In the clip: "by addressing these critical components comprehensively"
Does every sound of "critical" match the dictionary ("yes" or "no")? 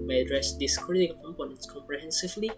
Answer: no